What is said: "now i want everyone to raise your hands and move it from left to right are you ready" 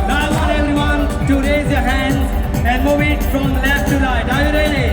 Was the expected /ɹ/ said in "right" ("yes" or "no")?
no